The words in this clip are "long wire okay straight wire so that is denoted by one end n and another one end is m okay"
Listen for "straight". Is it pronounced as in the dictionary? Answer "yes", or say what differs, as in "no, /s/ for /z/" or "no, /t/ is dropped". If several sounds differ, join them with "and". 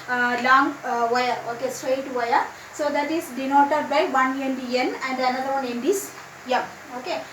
yes